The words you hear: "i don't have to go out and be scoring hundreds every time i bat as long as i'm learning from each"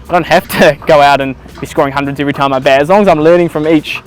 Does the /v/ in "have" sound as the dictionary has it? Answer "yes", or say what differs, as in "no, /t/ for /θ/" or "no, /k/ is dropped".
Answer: no, /f/ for /v/